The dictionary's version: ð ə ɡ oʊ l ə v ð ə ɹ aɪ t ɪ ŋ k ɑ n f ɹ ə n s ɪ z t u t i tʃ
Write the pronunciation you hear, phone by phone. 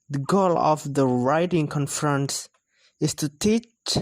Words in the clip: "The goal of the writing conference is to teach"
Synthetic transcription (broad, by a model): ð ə ɡ oʊ l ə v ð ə ɹ aɪ t ɪ ŋ k ɑ n f ɹ ə n s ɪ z t u t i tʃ